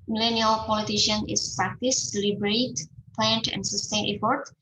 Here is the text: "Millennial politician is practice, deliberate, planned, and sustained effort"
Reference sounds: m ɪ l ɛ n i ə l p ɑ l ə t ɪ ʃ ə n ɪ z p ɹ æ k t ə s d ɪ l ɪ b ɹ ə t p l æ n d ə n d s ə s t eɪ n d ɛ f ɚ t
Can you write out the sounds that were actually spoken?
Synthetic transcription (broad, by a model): m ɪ l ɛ n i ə l p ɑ l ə t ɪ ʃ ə n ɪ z p ɹ æ k t ə s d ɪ l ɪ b ɹ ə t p l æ n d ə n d s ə s t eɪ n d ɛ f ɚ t